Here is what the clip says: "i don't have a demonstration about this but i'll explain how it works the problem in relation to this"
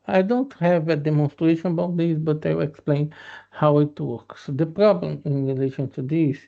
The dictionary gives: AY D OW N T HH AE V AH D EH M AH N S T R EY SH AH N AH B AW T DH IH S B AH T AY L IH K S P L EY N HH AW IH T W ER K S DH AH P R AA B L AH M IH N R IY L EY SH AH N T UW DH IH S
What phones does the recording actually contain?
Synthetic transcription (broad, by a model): AY D OW N T HH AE V AH D EH M AH N S T R EY SH AH N AH B AW T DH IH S B AH T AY W IH K S P L EY N HH AW IH T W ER K S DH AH P R AA B L AH M IH N R IY L EY SH AH N T UW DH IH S